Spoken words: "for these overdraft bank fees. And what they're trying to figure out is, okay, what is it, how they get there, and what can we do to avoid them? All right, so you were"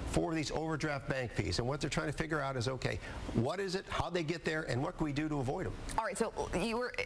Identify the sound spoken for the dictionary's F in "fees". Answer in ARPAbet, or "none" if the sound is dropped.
P